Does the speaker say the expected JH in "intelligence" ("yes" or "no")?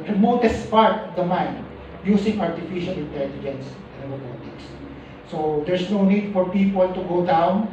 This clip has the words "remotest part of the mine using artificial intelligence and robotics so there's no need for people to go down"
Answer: yes